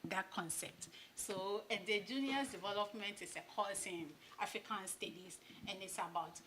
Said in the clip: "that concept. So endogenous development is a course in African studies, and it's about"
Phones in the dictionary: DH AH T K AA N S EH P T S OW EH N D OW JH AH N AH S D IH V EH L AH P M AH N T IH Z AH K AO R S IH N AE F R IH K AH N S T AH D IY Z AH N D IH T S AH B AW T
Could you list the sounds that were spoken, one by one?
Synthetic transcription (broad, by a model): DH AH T K AA N S EH P T S OW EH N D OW JH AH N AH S D IH V EH L AH P M AH N T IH S AH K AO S IH N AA F R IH K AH N S T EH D IY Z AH N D IH T S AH B AW T